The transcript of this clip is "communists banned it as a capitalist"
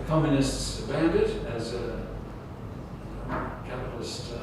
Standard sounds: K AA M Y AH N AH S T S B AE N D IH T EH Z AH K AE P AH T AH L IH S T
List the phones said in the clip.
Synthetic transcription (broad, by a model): K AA M Y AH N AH S T S B AE N D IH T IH Z AH K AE P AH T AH L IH S T